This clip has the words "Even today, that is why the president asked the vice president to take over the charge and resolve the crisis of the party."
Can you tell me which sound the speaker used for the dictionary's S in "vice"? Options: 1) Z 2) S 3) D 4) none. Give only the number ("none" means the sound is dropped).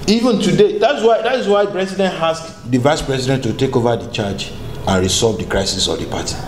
2